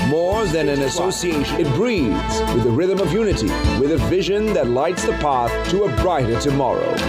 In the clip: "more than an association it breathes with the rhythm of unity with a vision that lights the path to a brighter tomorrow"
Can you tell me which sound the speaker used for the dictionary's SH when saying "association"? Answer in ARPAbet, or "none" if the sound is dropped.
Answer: none